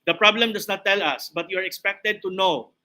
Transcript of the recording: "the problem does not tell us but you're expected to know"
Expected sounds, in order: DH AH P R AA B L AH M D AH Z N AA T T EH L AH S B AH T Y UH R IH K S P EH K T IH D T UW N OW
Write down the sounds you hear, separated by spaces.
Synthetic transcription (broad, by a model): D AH P R AA B L AH M D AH S N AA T T EH L AH S B AH T Y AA R IH K S P EH K T IH D T UW N OW